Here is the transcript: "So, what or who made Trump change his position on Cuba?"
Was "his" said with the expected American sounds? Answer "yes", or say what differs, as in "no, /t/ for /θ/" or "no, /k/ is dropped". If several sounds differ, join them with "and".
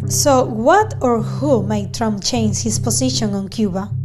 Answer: no, /s/ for /z/